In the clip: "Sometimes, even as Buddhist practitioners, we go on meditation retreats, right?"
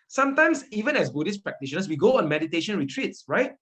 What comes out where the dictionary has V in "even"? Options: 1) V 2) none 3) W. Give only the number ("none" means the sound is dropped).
1